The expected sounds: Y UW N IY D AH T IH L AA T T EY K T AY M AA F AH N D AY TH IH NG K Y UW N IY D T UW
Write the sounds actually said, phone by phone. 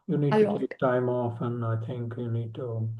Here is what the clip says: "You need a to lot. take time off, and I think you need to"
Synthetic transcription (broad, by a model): Y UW N IY D T IH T T EY K T AY M AA F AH N AY TH IH NG K Y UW N IY D T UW